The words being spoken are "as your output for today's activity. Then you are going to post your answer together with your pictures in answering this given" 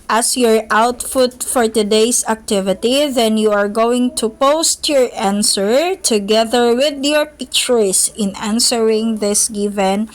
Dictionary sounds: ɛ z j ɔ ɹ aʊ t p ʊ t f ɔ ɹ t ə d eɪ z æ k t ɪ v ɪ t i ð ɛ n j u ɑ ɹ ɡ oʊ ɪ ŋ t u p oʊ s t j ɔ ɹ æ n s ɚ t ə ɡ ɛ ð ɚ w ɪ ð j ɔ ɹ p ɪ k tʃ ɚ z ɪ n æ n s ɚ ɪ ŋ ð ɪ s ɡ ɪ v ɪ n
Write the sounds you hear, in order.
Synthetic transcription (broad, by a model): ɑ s j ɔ ɹ aʊ t f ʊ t f ɔ ɹ t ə d eɪ s æ k t ɪ v ɪ t i ð ɛ n j u ɑ ɹ ɡ oʊ ɪ ŋ t u p oʊ s t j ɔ ɹ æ n s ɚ t ə ɡ ɛ ð ɚ w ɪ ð j ɔ ɹ p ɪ k tʃ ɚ s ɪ n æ n s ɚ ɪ ŋ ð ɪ s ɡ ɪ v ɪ n